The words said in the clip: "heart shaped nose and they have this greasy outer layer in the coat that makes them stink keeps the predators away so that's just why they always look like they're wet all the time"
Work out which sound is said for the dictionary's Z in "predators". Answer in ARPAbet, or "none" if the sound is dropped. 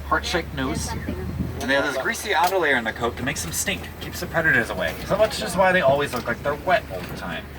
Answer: Z